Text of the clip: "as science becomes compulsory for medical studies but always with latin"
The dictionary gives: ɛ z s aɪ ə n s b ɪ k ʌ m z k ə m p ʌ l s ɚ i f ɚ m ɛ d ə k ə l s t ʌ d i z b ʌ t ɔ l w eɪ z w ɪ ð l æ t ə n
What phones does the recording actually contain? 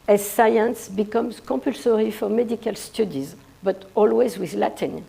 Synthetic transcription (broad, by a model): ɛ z s aɪ ə n s b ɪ k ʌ m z k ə p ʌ l s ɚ i f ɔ m ɛ d ə k ə l s t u d i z b ʌ t ɔ l w eɪ z w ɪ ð l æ t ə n